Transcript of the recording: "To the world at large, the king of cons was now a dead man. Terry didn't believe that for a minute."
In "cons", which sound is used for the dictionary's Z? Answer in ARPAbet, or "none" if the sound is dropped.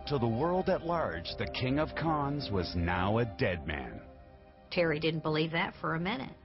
Z